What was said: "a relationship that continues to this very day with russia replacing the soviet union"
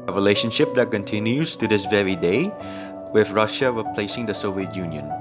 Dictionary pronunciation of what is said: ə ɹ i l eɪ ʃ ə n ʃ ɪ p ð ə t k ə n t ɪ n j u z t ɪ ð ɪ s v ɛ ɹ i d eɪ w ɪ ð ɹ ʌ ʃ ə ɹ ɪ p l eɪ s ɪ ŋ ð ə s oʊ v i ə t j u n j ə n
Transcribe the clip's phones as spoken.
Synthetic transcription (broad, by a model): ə ɹ i l eɪ ʃ ə n ʃ ɪ p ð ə t k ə n t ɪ n j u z t ɪ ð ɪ s v ɛ ɹ i d eɪ w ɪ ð ɹ ʌ ʃ ə ɹ ɪ p l eɪ s ɪ ŋ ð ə s oʊ v i ə t j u n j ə n